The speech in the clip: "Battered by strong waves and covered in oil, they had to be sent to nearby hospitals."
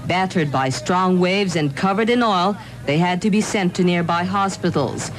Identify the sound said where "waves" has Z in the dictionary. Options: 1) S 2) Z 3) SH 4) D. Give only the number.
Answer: 2